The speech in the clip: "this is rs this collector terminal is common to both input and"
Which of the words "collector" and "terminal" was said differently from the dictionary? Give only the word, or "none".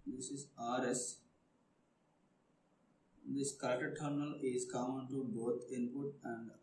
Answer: collector